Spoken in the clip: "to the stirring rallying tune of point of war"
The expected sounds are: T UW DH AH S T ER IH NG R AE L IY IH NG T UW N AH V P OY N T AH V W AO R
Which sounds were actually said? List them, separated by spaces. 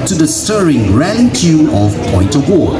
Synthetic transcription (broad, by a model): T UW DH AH S T ER IH NG R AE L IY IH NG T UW AH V P OY N T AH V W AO